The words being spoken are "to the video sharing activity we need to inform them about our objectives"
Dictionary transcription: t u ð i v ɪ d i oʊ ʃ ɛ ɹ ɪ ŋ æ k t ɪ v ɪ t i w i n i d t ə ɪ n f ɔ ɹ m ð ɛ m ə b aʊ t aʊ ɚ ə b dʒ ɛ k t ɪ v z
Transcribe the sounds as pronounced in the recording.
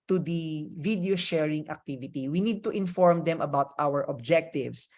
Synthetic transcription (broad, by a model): t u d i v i d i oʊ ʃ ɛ ɹ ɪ ŋ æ k t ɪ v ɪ t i w i n i d t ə ɪ n f ɔ ɹ m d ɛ m ə b aʊ t aʊ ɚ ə b dʒ ɛ k t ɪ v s